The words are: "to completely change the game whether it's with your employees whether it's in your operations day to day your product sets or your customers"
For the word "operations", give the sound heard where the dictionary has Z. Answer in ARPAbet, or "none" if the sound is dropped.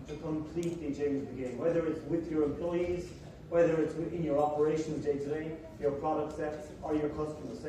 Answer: Z